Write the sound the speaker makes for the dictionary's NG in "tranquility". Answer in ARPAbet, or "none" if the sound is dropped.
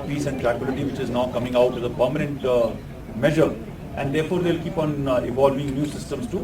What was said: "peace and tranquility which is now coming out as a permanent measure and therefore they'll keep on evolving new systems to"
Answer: none